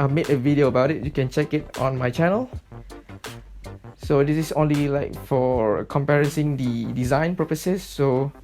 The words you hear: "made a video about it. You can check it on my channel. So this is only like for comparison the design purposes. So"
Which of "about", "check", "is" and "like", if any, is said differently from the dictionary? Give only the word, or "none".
is